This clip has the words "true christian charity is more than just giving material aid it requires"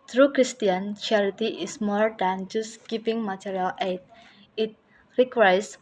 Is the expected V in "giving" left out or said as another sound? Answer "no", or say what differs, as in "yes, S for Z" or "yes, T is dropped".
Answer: yes, P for V